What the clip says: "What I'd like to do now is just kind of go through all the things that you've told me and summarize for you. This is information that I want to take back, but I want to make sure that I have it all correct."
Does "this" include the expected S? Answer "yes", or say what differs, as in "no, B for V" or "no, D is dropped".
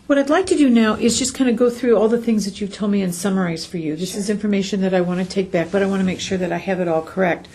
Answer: yes